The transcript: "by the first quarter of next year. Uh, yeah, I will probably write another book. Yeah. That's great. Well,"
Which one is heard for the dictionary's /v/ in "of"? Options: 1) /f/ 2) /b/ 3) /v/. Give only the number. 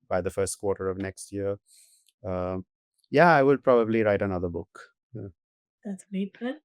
3